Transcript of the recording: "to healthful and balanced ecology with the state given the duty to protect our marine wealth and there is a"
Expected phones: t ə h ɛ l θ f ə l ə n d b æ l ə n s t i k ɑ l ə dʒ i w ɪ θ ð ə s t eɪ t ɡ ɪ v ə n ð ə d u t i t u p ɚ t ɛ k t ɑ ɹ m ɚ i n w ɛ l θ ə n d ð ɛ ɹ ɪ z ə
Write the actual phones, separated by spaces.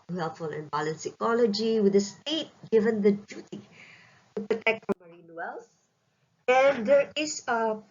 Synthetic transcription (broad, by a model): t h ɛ l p f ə l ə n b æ l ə n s i k ɑ l ə dʒ i w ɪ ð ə s t eɪ t ɡ ɪ v ə n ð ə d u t i t u p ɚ t ɛ k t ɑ m ɚ i n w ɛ l s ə n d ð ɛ ɹ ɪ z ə